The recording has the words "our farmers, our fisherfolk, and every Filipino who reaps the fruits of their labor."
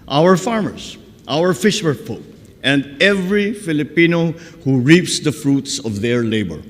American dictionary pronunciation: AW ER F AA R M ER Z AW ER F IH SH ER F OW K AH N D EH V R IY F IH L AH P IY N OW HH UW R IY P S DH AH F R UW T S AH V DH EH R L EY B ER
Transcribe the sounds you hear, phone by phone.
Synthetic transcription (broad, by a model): AW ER F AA R M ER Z AW ER F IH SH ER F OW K AH N D EH V R IY F IH L AH P IY N OW HH UW R IY P S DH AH F R UW T S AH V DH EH R L EY B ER